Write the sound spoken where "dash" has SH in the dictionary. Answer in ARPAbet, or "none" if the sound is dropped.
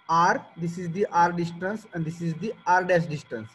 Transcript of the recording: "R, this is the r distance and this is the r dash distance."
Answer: S